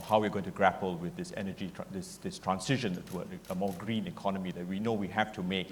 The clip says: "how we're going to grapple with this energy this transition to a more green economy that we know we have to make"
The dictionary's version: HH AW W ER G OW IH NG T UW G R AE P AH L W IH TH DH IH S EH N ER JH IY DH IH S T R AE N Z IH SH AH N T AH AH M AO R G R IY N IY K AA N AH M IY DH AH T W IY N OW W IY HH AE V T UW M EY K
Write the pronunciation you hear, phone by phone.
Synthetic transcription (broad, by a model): HH AW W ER G OW IH NG T UW G R AE P AH L W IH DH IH S EH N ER JH IY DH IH S T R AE N S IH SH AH N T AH AH M AO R G R IY N IY K AA N AH M IY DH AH T W IY N OW W IY HH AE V T UW M EY K